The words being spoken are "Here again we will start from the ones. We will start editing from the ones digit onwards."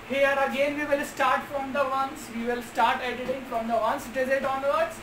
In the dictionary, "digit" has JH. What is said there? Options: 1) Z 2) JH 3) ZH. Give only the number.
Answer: 1